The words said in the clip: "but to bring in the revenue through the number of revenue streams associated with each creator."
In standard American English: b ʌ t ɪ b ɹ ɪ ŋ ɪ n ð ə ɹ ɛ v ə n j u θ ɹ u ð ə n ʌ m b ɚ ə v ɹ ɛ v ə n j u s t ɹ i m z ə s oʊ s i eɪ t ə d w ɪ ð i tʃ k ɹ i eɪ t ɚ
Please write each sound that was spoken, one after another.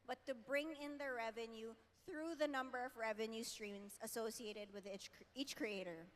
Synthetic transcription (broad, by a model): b ʌ t ɪ b ɹ ɪ ŋ ɪ n ð ə ɹ ɛ v ə n j u θ ɹ u ð ə n ʌ m b ɚ ə v ɹ ɛ v ə n j u s t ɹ i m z ə s oʊ s i eɪ t ə d w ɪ ð i tʃ k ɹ i eɪ t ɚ